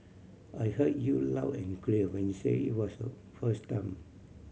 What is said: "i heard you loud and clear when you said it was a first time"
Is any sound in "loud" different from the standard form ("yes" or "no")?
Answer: yes